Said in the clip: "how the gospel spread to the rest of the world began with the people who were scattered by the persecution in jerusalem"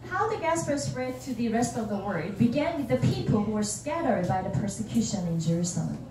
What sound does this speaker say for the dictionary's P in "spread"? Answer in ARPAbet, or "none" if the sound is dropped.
none